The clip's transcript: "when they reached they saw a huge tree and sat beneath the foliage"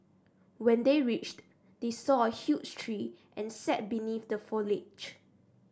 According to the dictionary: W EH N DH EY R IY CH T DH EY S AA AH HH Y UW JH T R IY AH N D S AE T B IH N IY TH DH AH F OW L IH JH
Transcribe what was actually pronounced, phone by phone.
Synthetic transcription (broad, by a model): W EH N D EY R IY CH T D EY S AA AH HH Y UW CH T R IY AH N S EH T B IH N IY TH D AH F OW L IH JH